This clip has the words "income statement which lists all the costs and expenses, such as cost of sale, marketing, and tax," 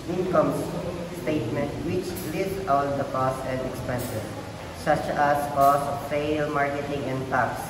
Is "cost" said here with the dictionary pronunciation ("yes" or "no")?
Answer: no